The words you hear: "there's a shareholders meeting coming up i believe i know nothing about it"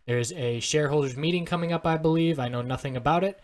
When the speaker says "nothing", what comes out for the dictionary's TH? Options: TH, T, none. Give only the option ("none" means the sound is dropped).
TH